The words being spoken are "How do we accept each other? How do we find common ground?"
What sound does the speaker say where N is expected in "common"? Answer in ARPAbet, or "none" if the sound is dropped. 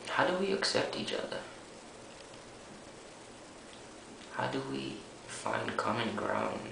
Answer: N